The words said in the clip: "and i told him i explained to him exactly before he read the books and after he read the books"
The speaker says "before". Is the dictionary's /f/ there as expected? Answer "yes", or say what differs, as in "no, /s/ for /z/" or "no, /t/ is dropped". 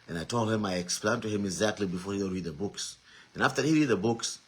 yes